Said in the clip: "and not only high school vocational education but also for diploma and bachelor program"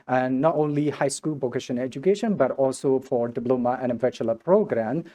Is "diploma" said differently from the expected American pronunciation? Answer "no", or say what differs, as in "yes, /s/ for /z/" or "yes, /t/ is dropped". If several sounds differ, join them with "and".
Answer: yes, /b/ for /p/